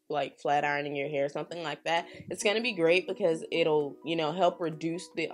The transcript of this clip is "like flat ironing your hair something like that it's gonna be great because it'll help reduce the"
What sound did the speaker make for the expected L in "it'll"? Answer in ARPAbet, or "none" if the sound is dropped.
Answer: N